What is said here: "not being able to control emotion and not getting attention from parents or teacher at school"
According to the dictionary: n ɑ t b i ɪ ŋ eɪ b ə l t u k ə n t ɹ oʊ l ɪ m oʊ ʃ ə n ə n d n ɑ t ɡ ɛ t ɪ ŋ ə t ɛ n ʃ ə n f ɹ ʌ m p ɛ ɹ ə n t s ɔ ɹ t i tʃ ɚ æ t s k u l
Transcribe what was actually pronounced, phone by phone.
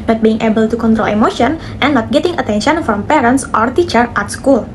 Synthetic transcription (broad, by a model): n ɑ t b i ɪ ŋ eɪ b ə l t u k ə n t ɹ oʊ l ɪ m oʊ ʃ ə n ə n n ɑ t ɡ ɛ t ɪ ŋ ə t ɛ n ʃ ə n f ɹ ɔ m p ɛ ɹ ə n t s ɔ ɹ t i tʃ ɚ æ t s k u l